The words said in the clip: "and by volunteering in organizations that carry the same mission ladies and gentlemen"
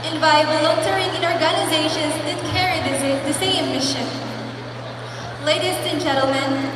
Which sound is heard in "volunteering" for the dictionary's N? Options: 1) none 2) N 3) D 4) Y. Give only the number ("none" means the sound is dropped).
1